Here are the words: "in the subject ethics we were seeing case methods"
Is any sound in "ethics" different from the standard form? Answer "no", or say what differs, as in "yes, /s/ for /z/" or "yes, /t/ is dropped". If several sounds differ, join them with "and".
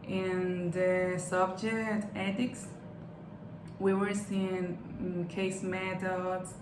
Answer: yes, /t/ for /θ/